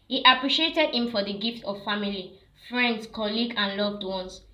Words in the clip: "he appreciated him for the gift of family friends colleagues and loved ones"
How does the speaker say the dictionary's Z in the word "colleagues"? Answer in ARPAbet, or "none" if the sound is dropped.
none